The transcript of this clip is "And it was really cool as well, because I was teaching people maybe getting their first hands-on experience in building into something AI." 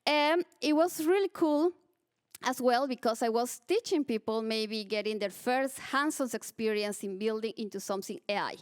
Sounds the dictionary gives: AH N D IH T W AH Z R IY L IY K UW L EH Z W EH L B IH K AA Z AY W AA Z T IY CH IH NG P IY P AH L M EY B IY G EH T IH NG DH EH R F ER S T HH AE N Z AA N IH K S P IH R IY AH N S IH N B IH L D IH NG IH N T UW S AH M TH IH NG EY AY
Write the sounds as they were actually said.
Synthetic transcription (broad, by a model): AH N IH T W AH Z R IY L IY K UW L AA S W EH L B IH K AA S AY W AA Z T IY CH IH NG P IY P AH L M EY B IY G EH T IH NG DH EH R F ER S T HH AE N S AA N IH K S P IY R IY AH N S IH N B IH L D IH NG IH N T UW S AH M TH IH NG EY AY